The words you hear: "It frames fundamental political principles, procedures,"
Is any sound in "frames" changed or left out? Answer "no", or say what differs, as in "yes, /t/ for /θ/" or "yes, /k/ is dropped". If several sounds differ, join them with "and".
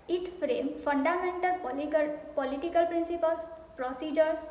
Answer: yes, /z/ is dropped